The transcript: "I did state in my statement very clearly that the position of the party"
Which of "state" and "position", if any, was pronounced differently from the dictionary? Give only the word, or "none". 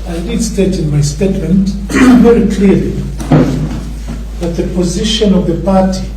none